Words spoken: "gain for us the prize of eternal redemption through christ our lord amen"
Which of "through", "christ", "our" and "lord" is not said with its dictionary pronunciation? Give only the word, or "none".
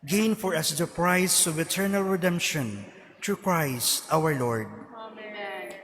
through